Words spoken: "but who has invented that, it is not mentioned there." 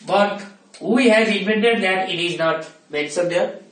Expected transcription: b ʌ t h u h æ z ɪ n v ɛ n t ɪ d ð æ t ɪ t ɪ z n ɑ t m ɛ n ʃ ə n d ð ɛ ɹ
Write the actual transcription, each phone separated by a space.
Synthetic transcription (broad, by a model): b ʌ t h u h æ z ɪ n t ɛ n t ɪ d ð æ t ɪ t ɪ z n ɑ t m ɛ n s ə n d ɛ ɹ